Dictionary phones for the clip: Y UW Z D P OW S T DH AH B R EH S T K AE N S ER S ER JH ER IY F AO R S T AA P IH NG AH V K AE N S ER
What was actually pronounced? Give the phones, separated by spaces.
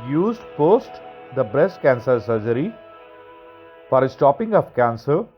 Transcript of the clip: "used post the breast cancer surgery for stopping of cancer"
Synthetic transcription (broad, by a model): Y UW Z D P OW S T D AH B R EH S T K AE N S ER S ER JH ER IY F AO R S T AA P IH NG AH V K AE N S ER